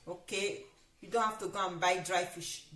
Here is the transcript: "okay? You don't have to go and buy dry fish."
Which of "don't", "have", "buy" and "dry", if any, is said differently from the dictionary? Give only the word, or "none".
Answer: have